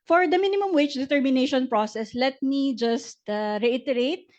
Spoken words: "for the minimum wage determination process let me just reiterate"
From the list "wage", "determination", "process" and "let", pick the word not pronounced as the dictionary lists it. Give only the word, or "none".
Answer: wage